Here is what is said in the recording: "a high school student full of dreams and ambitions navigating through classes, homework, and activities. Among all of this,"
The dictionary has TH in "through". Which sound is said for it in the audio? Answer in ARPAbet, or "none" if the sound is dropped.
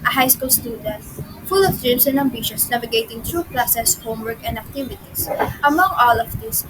T